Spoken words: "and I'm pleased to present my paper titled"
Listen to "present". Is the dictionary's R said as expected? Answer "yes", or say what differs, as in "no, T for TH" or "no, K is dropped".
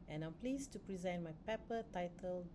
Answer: yes